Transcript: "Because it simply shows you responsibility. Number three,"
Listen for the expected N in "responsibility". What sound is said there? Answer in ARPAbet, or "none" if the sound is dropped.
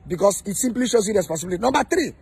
none